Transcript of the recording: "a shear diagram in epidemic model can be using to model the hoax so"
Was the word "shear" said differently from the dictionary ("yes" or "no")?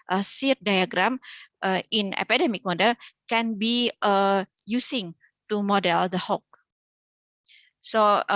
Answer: yes